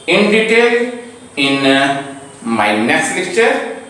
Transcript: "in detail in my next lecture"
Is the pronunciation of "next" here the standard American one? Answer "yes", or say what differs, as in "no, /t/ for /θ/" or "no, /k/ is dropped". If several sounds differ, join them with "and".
no, /k/ is dropped